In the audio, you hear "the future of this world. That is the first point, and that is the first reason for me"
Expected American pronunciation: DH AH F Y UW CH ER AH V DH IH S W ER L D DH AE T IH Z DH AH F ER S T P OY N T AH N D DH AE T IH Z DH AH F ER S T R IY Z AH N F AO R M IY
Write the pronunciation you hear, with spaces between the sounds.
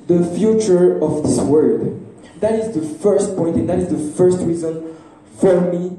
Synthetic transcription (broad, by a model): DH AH F Y UW CH ER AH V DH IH S W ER D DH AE T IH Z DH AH F ER S T P OY N T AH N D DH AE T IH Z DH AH F ER S T R IY Z AH N F AO R M IY